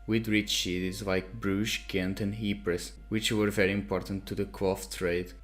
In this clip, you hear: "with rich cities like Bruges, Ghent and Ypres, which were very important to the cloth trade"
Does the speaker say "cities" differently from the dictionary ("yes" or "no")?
yes